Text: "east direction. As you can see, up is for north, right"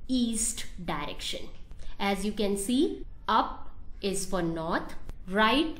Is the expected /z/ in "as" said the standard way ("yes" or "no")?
yes